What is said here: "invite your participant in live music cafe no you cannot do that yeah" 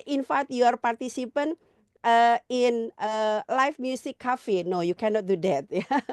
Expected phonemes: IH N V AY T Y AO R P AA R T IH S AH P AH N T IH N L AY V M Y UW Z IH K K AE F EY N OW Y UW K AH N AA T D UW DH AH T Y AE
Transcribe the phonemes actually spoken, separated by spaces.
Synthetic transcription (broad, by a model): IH N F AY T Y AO R P AA R T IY S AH P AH N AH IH N L AY F M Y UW S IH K K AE F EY N OW Y UW K AH N AA T D UW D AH T Y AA